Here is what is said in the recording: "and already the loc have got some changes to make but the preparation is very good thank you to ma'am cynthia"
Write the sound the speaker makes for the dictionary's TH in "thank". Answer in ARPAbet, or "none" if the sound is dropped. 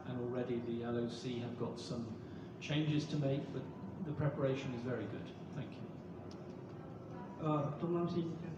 TH